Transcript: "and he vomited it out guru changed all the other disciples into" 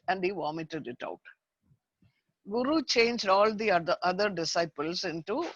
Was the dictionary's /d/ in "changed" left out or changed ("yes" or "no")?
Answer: no